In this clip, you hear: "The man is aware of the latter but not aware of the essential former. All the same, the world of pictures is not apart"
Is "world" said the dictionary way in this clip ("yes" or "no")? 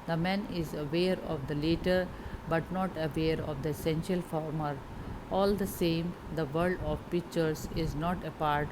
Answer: no